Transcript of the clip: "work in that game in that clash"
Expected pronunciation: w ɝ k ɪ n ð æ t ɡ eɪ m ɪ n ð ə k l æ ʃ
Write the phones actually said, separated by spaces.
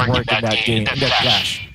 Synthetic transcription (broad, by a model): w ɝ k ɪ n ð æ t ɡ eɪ ɪ n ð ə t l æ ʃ